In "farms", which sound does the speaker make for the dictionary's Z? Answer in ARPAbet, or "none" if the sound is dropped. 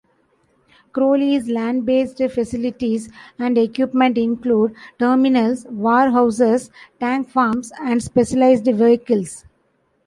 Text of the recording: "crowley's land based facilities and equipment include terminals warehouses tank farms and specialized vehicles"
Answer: S